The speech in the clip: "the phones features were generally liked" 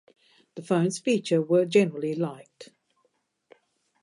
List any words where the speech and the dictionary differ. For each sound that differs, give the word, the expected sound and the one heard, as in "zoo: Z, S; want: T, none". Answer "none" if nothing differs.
features: Z, none